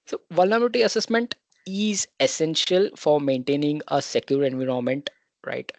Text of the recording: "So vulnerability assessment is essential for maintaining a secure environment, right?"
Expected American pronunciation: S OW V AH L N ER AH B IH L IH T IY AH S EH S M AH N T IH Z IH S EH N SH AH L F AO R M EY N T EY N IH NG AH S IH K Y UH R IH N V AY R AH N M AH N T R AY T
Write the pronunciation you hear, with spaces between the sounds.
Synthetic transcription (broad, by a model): S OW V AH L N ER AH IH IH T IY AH S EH S M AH N T IH Z IH S EH N SH AH L F AO R M EY N T EY N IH NG AH S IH K Y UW R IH N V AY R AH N M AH N T R AY T